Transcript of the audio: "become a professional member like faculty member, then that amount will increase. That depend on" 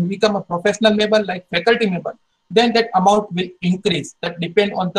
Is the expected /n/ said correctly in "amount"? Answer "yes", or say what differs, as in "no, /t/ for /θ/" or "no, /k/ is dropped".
yes